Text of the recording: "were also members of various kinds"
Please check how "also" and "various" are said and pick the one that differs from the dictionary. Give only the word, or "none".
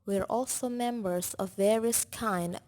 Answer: none